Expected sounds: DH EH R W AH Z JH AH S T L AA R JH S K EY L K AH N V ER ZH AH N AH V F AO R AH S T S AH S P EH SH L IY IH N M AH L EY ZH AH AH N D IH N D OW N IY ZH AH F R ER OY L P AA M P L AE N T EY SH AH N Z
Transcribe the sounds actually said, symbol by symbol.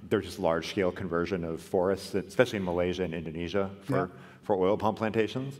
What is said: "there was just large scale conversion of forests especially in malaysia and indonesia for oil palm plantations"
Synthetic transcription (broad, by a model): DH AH R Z JH AH S T L AA R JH S K EY L K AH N V ER ZH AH N AH V F AO R AH S T S AH S P EH SH L IY IH N M AH L EY ZH AH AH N IH N D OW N IY ZH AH F R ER OY L P AA M P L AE N T EY SH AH N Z